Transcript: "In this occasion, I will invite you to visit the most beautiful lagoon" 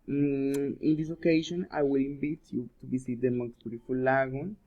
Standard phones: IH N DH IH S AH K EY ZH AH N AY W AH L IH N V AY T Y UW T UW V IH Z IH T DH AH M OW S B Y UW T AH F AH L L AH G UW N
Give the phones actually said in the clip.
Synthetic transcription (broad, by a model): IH N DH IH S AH K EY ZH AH N AY W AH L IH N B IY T Y UW T UW B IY S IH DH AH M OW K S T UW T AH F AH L L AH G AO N